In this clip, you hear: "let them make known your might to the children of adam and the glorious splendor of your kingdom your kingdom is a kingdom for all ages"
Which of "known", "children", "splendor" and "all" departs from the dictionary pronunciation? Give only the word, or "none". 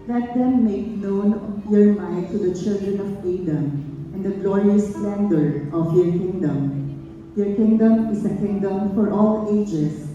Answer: splendor